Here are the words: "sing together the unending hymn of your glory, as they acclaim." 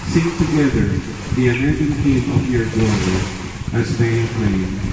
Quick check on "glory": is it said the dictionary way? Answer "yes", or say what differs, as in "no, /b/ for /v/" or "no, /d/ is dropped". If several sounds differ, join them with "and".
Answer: no, /l/ is dropped